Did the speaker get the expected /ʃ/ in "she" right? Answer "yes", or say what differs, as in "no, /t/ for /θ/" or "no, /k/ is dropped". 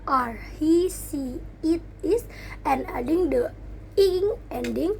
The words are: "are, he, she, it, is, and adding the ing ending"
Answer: no, /s/ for /ʃ/